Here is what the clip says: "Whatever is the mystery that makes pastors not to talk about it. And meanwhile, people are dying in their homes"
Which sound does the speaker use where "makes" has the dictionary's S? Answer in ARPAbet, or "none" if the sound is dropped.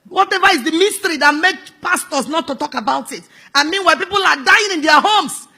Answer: none